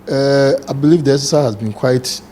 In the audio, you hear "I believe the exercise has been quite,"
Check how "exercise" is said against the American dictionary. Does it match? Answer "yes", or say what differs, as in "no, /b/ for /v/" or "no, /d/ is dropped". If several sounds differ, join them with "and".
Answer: no, /k/ is dropped and /z/ is dropped